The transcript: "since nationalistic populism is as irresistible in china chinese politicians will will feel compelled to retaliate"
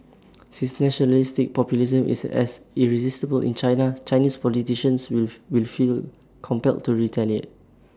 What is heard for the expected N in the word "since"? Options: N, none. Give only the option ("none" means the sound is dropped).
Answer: none